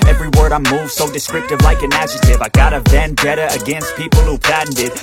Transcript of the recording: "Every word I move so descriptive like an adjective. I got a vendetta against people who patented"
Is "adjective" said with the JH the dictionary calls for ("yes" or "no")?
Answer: no